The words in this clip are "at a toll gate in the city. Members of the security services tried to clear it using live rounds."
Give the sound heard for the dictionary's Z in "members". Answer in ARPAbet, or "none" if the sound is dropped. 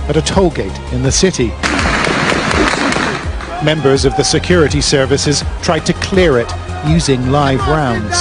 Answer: Z